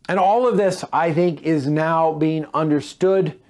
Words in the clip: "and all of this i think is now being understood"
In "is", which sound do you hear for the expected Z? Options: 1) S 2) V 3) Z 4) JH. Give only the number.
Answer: 3